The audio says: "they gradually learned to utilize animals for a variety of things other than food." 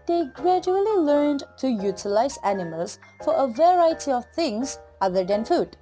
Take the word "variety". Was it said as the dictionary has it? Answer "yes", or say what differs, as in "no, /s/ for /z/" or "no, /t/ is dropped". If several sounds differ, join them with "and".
yes